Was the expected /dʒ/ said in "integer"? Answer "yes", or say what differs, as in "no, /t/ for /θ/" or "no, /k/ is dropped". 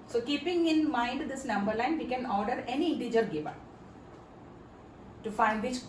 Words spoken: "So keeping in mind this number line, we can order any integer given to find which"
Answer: yes